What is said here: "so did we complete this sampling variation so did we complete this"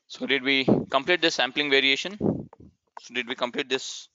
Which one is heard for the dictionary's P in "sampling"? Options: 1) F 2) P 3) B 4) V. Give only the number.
2